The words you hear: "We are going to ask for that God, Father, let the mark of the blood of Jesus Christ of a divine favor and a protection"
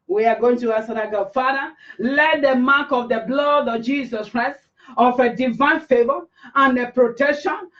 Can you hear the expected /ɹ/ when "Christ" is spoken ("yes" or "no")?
yes